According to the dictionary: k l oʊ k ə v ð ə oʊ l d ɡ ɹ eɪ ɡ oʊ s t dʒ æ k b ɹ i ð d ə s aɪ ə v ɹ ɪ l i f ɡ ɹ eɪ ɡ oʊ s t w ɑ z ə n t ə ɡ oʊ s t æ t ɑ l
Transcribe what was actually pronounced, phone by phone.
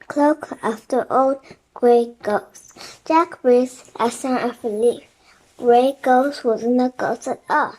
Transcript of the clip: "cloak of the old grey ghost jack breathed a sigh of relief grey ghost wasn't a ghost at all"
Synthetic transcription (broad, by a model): k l oʊ k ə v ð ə oʊ l d ɡ ɹ eɪ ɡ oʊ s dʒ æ k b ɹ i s ə s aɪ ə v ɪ l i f ɡ ɹ eɪ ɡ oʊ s w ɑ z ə n ə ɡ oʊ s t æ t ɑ